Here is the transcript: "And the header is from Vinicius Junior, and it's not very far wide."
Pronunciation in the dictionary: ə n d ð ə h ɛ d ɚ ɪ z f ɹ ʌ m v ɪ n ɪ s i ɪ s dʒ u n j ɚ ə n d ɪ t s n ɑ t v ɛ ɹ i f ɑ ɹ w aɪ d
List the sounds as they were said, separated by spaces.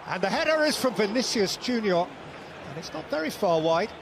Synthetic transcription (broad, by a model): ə n ð ə h ɛ d ɚ ɪ z f ɹ ʌ m v ɪ n ɪ s i ɪ s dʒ u n j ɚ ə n ɪ t s n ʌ t v ɛ ɹ i f ɑ ɹ w aɪ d